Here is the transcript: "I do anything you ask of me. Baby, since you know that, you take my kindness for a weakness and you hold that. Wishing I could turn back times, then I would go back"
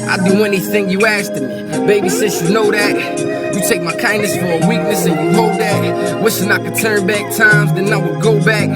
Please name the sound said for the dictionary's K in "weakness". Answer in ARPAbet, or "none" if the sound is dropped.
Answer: K